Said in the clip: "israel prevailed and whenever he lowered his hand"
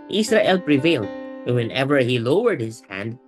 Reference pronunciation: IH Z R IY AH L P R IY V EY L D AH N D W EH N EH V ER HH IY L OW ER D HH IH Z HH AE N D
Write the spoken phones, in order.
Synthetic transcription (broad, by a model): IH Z R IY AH L P R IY V EY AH L D W EH N EH V ER HH IY L OW ER D HH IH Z HH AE N D